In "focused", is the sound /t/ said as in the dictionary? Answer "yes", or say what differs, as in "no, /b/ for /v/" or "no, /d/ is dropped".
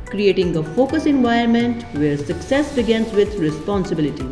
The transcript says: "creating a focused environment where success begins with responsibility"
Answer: no, /t/ is dropped